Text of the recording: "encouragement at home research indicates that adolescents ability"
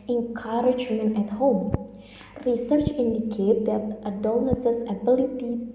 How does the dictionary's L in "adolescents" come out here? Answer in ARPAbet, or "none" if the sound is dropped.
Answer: N